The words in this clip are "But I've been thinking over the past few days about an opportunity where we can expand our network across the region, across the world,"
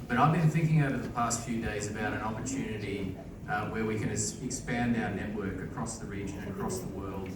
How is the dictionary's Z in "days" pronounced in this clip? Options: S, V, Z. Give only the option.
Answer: Z